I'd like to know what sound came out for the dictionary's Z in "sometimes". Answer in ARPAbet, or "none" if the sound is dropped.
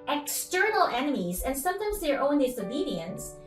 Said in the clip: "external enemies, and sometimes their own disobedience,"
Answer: Z